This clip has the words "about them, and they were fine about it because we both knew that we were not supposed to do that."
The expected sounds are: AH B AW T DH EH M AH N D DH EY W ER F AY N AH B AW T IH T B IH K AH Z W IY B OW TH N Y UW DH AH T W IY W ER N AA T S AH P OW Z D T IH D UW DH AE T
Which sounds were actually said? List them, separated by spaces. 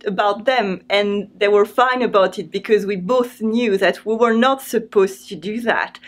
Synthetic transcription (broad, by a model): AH B AW T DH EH M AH N DH EY W ER F AY N AH B AW T IH T B IH K AH Z W IY B OW TH N Y UW DH AH T W IY W ER N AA T S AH P OW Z T IH D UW DH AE T